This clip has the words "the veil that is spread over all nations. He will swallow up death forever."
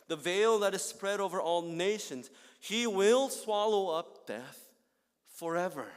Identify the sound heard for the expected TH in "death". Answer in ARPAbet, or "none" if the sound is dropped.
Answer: TH